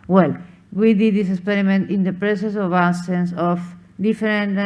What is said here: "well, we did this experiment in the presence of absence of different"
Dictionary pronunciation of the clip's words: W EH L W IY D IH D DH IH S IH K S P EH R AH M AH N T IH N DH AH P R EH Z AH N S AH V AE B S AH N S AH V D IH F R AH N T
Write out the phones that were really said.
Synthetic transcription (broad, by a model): W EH L W IY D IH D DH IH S IH K S P EH R AH M AH N T IH N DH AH P R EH S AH S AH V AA S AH N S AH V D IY F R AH N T